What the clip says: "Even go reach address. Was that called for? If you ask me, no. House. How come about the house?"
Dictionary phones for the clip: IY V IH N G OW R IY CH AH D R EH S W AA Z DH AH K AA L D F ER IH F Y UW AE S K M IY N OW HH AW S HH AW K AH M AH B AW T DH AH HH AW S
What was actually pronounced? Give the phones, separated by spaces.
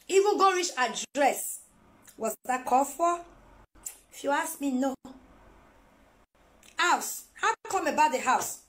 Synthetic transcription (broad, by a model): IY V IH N G OW R IY CH AH D R EH S W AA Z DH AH K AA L F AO IH F Y UW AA S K M IY N OW HH AW S HH AW K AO M AH B AW T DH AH HH AW S